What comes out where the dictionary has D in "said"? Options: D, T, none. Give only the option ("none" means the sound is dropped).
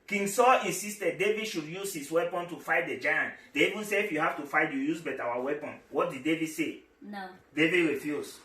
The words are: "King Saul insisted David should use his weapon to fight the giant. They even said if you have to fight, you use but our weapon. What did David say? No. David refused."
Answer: none